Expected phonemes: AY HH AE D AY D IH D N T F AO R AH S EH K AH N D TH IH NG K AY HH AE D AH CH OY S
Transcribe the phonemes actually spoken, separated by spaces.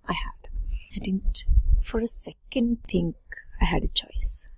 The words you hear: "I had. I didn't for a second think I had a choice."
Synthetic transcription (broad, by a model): AY HH AE D AY D IH D N T F AO R AH S EH K AH N D T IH NG K AY HH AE D AH CH OY S